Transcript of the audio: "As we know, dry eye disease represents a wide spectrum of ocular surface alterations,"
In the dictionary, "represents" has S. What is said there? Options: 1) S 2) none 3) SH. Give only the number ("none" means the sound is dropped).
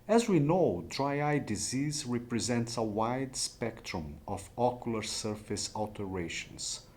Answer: 1